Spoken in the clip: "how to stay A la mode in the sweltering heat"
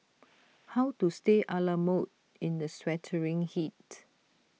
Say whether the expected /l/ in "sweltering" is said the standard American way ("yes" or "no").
no